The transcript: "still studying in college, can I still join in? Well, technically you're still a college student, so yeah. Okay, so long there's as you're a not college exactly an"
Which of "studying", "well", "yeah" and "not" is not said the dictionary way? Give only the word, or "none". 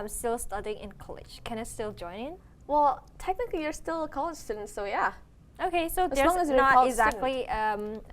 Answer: not